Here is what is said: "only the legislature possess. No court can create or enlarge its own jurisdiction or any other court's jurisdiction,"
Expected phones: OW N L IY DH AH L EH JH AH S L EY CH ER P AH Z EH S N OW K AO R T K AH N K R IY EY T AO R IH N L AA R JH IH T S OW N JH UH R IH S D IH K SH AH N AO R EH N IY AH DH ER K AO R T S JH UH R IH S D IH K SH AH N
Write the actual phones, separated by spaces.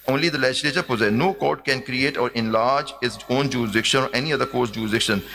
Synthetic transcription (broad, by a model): OW N L IY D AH L EH JH AH S L EY CH ER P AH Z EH N OW K AO R T K AH N K R IY EY T AO R IH N L AA R JH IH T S OW N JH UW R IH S D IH K SH AH N AO R EH N IY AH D ER K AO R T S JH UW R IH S D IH K SH AH N